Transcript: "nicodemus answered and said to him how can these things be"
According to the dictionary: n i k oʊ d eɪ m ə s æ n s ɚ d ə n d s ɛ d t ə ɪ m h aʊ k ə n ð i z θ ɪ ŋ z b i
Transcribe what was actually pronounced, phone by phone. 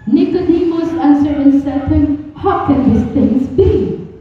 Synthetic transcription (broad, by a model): n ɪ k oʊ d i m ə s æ n s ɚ ə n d s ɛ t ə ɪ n h aʊ k ə n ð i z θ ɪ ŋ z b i